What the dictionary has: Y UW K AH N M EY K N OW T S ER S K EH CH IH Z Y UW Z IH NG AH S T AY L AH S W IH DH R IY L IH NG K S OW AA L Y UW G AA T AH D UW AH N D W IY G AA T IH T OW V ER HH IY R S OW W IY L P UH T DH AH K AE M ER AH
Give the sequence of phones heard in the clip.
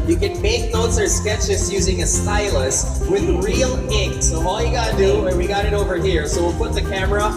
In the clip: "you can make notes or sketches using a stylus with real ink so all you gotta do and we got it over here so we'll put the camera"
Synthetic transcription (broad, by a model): Y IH K AH N M EY K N OW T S ER S K EH CH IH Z Y UW Z IH NG AH S T AY L AH S W IH DH R IY L IH NG K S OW AA L Y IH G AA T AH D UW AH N W IY G AA T IH T OW V ER HH IY R S OW W IY L P UH T DH AH K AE M ER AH